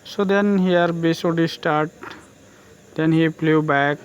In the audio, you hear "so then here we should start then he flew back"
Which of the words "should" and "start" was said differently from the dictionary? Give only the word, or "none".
should